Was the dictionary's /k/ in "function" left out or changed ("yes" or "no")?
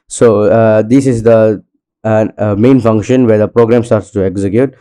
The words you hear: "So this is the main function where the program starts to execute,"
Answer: no